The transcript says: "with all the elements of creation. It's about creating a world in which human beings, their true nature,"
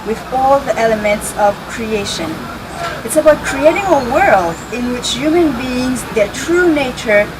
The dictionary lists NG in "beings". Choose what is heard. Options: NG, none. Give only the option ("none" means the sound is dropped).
NG